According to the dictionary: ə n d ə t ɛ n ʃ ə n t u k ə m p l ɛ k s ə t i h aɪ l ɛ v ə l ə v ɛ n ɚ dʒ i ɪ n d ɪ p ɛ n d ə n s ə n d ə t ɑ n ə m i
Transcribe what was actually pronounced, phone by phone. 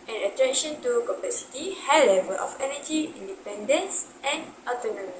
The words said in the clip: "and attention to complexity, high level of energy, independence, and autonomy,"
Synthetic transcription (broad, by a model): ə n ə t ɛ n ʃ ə n t u k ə p ɛ s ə t i h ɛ l ɛ v ə l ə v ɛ n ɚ dʒ i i n d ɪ p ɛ n d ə n s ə n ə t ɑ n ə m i